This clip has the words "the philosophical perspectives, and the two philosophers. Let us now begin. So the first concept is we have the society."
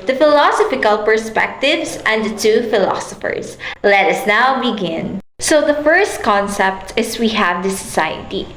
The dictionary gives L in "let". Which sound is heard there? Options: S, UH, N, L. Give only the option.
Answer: L